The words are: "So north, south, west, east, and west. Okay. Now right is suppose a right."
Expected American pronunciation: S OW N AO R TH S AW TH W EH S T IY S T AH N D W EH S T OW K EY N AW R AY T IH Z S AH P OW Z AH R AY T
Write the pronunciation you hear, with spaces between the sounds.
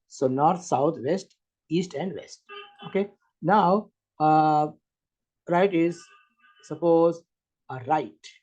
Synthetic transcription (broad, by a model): S OW N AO R T S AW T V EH S T IY S T AH N D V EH S T OW K EY N AW R AY T IH Z S AH P OW Z AH R AY T